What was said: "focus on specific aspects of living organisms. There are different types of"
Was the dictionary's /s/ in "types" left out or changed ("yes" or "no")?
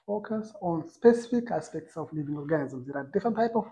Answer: yes